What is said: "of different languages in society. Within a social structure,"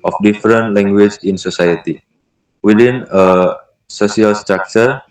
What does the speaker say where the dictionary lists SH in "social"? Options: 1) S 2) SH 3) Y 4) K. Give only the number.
1